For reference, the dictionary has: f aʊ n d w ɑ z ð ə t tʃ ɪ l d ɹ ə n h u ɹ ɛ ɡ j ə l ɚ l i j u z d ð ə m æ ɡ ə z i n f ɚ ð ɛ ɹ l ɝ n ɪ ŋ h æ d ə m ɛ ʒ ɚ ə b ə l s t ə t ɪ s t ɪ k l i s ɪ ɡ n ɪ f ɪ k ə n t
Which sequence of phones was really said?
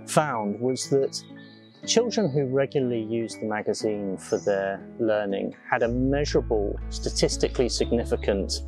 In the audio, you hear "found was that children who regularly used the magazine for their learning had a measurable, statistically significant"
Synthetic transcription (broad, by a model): f aʊ n d w ɑ z ð ə t tʃ ɪ l d ɹ ə n h u ɹ ɛ ɡ j l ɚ l i j u z ð ə m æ ɡ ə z i n f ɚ ð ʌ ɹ l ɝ n ɪ ŋ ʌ d ə m ɛ ʒ ɚ ə b ə l s t ə t ɪ s t ɪ k l i s ɪ ɡ n ɪ f ɪ k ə n t